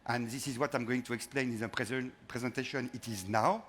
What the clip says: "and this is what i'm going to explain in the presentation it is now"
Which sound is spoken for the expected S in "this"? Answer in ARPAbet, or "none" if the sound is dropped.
S